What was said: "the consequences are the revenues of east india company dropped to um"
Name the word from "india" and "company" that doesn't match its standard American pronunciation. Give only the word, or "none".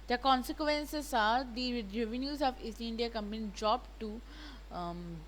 company